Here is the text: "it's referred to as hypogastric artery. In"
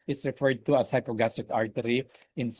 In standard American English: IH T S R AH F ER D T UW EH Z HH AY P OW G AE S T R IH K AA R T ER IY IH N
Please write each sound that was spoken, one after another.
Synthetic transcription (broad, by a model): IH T S R AH F ER D T UW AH S HH AY P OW G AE S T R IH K AA R T ER IY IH N